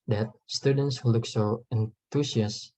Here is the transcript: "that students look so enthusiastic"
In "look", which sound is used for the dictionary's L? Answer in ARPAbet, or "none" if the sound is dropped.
L